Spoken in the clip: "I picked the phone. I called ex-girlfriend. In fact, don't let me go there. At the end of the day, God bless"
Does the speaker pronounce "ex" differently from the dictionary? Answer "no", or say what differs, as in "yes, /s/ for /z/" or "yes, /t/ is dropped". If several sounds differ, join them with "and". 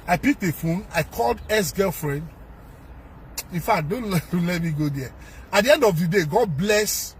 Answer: yes, /k/ is dropped